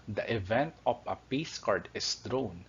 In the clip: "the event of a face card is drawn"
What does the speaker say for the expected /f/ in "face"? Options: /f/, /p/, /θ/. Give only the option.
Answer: /p/